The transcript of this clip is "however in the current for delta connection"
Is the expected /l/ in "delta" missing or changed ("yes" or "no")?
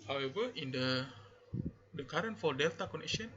no